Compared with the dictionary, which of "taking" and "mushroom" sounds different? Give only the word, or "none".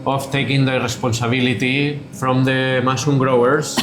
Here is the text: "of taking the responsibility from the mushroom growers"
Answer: mushroom